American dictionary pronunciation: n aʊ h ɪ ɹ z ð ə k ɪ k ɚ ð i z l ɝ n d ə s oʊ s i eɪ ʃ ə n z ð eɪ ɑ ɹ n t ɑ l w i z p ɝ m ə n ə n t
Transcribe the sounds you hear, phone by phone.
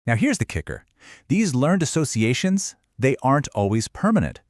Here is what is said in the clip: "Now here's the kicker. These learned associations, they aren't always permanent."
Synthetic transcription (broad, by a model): n aʊ h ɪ ɹ z ð ə k ɪ k ɚ ð i z l ɝ n d ə s oʊ s i eɪ ʃ ə n z ð eɪ ɑ ɹ n t ɑ l w i z p ɝ m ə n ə n t